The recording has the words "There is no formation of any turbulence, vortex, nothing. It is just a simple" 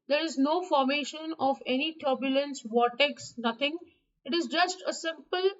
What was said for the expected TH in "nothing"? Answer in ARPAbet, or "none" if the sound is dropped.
T